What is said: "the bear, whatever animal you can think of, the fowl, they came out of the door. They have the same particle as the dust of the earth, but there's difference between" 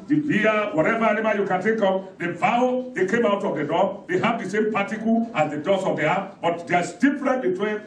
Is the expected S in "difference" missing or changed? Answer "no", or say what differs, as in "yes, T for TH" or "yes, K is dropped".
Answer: yes, S is dropped